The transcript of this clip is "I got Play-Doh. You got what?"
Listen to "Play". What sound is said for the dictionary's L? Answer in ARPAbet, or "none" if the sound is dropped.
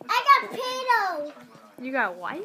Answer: none